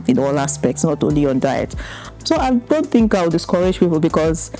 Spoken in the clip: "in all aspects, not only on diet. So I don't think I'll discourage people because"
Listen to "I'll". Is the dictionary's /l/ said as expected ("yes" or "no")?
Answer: no